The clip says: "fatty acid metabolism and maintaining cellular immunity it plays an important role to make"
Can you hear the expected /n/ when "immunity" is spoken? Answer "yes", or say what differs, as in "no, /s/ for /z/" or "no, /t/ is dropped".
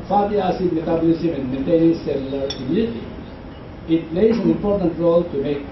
no, /n/ is dropped